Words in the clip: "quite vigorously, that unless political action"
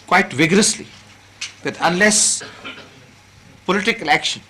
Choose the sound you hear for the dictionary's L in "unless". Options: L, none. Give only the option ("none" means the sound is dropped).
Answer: L